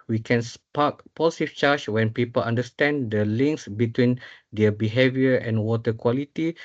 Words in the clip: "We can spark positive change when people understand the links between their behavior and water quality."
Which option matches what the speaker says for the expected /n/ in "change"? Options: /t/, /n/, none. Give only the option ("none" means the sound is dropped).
none